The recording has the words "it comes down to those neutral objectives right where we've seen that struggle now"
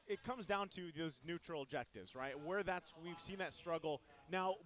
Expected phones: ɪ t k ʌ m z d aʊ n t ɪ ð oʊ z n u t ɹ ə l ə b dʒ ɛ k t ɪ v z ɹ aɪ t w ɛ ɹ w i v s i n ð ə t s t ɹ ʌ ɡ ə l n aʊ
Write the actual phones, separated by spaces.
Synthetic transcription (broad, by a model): ɪ t k ʌ m z d aʊ n t ɪ ð oʊ z n u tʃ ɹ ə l ə b dʒ ɛ k t ɪ v z ɹ aɪ t w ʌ ɹ w i v s i n ð ə t s t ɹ ʌ ɡ l n aʊ